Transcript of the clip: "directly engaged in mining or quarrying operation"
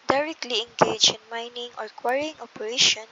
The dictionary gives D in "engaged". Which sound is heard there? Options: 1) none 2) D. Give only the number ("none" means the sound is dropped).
1